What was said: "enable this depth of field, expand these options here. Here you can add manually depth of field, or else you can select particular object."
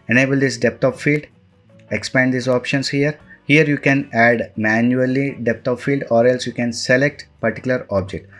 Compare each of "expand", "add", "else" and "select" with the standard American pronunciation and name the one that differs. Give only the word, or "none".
none